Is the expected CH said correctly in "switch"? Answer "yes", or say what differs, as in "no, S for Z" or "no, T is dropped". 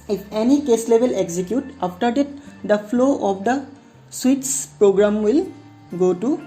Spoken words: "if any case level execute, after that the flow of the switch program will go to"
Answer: no, S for CH